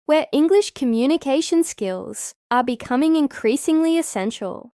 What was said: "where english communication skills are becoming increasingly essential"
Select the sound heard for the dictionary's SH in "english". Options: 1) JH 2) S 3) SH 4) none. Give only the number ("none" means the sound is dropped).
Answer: 3